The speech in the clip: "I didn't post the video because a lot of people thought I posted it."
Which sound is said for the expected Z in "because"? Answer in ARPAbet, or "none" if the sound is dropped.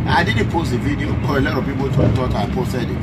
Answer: none